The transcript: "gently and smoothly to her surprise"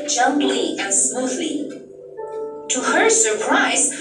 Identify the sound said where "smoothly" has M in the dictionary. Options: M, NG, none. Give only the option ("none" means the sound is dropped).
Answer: M